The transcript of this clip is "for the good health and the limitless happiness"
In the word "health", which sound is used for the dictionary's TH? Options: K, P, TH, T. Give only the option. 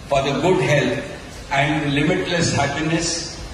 T